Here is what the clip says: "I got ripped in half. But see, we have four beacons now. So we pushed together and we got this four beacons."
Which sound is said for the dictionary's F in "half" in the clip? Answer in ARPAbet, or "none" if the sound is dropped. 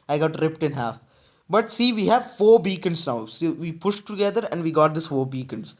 F